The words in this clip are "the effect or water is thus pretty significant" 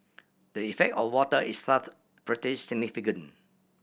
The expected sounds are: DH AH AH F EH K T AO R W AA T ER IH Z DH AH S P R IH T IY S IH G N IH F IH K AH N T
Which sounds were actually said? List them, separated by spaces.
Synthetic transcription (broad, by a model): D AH AH F EH K T AO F W AA T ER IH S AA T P R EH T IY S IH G N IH F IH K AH N